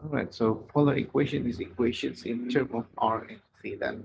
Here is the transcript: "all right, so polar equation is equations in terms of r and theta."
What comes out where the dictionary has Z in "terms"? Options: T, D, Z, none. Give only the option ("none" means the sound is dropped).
none